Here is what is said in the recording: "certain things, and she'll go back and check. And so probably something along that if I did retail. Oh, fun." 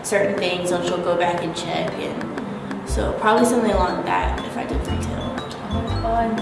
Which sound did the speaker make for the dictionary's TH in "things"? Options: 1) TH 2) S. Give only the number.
1